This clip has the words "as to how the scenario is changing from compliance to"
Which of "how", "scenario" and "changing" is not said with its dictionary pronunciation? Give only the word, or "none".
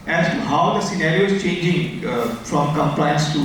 none